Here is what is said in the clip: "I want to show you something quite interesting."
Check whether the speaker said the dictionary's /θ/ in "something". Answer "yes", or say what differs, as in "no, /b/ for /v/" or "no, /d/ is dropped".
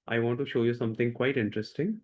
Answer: no, /t/ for /θ/